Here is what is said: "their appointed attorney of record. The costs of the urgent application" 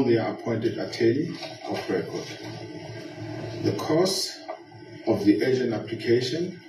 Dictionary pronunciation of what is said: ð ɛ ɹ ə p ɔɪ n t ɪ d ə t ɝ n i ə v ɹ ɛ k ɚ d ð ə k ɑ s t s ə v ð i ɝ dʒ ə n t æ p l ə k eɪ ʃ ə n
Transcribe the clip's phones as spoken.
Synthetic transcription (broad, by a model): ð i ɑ ə p ɔɪ n t ɪ d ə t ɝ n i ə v ɹ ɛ k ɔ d ð ə k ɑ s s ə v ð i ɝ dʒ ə n ɑ p l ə k eɪ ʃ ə n